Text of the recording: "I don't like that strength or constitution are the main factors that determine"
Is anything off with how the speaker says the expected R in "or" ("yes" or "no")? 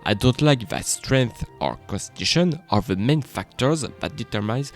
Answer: no